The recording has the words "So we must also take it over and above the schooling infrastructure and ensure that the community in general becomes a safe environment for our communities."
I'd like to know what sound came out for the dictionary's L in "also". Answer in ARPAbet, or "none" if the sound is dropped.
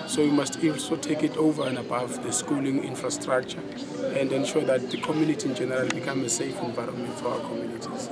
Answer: N